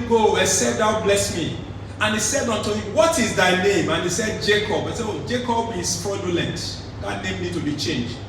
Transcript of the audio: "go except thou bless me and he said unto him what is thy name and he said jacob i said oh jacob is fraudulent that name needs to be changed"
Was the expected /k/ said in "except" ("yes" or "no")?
no